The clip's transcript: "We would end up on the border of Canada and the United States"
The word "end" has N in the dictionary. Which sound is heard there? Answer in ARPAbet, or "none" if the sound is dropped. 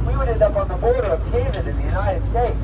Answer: none